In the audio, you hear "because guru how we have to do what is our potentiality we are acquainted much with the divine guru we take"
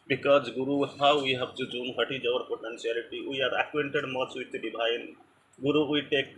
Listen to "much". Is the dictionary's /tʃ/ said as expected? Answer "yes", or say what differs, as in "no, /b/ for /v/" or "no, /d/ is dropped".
no, /s/ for /tʃ/